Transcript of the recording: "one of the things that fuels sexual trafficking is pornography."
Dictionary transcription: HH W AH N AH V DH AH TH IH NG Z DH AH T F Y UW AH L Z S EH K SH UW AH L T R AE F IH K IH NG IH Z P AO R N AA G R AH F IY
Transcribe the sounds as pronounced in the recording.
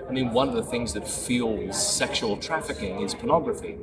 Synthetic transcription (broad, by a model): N W AH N AH V DH AH TH IH NG Z DH AH T F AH L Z S EH K SH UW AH L T R AE F IH K IH NG IH Z P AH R N AA G R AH F IY